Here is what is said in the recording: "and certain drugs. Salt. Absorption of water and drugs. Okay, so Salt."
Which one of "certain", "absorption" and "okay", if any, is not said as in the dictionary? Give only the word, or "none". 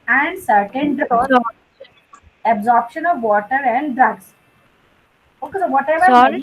none